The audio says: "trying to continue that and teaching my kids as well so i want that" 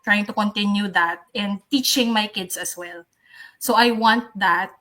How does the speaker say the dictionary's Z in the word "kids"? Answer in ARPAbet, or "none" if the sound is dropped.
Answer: S